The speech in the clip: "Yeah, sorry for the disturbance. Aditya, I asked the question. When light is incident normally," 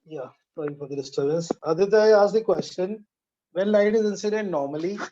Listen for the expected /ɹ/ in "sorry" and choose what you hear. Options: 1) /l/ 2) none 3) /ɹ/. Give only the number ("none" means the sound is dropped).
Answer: 2